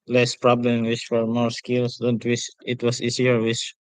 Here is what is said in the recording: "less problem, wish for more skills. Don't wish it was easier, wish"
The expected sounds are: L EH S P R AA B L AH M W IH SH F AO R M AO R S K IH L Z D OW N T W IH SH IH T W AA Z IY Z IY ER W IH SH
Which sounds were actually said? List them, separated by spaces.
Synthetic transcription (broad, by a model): L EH S P R AA B L AH M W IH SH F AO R M AO R S K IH L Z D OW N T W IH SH IH T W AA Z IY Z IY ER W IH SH